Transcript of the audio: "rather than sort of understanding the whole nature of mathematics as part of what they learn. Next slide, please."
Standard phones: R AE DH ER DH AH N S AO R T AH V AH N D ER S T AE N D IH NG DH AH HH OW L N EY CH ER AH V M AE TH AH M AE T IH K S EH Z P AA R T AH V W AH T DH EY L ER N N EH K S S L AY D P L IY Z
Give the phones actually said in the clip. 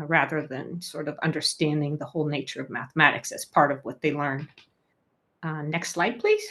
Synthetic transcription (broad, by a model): R AE DH ER DH AH N S AO R T AH V AH N D ER S T AE N D IH NG DH AH HH OW L N EY CH ER AH V M AE TH AH M AE T IH K S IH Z P AA R T AH V W AH T DH EY L ER N N EH K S S L AY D P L IY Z